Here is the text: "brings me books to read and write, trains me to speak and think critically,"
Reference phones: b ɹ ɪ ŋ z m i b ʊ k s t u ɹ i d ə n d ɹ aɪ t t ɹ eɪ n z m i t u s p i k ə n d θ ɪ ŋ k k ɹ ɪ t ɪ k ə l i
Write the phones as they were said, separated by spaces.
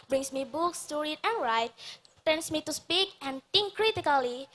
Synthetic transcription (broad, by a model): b ɹ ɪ ŋ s m i b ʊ k s t u ɹ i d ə n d ɹ aɪ t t eɪ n s m i t u s p i k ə n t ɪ ŋ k k ɹ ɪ t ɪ k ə l i